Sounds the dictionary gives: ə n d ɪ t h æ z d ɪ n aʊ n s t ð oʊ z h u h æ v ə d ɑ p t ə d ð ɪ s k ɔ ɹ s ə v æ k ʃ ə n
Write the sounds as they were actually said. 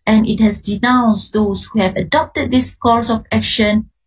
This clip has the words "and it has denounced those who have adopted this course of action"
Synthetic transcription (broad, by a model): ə n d ɪ t h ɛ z d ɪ n aʊ n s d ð oʊ s h u h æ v ə d ɑ p t ə d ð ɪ s k ɔ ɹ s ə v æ k ʃ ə n